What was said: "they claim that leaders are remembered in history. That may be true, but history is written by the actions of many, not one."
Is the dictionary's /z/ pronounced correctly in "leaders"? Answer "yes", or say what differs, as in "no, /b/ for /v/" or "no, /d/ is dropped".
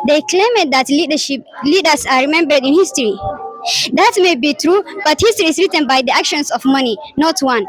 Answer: no, /s/ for /z/